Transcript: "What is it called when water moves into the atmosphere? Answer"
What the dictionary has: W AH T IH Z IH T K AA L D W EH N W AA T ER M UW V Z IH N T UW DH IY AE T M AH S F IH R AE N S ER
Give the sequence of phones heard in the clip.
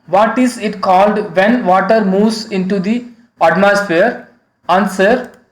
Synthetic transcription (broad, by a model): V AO T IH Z IH T K AA L D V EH N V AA T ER M UW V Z IH N T UW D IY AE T M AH S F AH R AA N S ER